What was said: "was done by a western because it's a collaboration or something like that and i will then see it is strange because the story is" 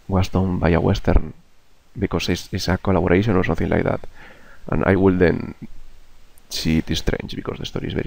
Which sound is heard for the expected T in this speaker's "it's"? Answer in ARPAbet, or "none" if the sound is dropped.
S